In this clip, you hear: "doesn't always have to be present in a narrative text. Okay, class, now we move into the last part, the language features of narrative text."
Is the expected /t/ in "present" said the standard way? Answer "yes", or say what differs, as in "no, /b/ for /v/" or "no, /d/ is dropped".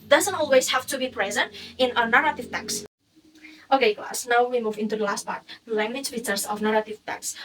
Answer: yes